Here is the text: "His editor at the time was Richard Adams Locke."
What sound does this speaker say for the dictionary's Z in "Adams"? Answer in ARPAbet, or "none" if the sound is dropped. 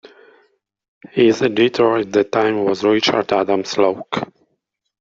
S